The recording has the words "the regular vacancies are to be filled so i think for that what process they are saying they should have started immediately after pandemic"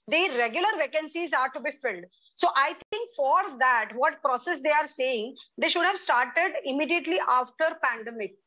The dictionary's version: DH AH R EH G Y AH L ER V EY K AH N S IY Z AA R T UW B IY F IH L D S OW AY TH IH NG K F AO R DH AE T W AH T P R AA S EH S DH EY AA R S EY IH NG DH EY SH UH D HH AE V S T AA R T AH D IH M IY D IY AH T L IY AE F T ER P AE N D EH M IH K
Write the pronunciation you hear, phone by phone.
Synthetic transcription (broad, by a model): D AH R EH G Y AH L ER V EY K AH N S IY Z AA R T UW B IY F IH L D S OW AY T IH NG K F AO R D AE T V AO T P R AA S EH S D EY AA R S EY IH NG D EY SH UH D HH AE V S T AA R T AH D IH M IY D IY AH T L IY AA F T ER P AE N D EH M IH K